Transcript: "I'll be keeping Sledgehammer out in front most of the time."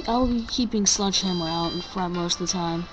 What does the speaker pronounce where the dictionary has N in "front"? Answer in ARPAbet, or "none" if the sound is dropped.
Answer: none